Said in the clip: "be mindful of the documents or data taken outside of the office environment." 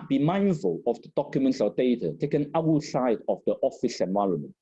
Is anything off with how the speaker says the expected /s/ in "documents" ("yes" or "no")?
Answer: no